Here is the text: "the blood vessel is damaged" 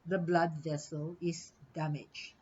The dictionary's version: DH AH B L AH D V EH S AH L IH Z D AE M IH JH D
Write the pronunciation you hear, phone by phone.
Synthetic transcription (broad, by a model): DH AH B L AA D V EH S AH L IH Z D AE M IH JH